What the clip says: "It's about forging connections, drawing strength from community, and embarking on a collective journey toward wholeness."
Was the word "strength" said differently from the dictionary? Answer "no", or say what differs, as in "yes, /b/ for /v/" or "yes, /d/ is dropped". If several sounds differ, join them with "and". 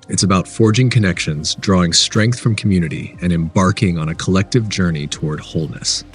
no